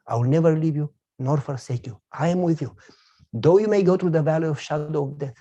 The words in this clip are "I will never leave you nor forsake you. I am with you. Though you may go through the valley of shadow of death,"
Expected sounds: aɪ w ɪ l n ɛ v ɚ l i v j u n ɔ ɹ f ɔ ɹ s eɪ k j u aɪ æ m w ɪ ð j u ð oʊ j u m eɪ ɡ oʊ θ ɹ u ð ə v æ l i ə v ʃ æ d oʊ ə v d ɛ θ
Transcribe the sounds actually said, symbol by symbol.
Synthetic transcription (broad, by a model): aɪ w ɪ l n ɛ v ɚ l i v j u n ɔ ɹ f ɔ ɹ s eɪ k j u aɪ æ m w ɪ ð j u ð oʊ j u m eɪ ɡ oʊ t ɹ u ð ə v æ l i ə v ʃ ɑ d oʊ ə v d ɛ